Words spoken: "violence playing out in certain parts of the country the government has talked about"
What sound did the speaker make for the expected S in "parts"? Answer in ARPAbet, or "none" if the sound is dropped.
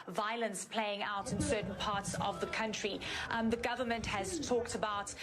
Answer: S